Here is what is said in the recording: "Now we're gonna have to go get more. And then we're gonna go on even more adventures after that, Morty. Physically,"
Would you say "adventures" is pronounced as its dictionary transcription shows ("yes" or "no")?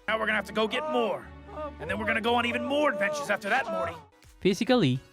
yes